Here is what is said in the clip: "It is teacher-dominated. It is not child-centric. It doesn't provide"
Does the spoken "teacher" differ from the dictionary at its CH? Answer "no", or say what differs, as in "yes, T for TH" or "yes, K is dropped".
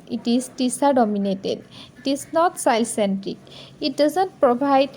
yes, S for CH